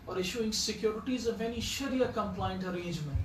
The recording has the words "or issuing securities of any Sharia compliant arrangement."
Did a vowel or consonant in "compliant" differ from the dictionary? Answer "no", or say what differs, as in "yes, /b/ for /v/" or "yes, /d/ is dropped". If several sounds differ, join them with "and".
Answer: no